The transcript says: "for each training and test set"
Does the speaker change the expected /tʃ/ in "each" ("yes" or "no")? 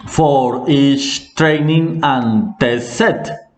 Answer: yes